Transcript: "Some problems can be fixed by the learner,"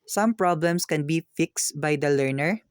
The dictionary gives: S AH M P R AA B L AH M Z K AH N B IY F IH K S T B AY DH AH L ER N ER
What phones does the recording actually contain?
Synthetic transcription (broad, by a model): S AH M P R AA B L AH M S K AH N B IY F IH K S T B AY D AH L ER N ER